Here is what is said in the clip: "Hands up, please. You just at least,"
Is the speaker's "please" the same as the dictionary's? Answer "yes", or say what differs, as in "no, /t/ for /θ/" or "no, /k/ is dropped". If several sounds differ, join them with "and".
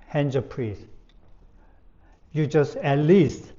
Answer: no, /s/ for /z/